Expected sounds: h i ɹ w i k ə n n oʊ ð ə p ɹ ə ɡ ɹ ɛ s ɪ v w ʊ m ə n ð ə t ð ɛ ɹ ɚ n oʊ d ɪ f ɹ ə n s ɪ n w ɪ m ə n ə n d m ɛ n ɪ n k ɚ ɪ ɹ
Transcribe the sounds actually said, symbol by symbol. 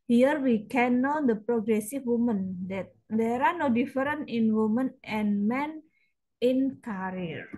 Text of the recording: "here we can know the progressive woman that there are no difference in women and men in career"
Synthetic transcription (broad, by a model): h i ɹ w i k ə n n oʊ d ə p ɹ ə ɡ ɹ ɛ s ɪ f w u m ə n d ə t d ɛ ɹ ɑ n oʊ d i f ɹ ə n ɪ n w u m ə n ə n m ɛ n ɪ n k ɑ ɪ ɹ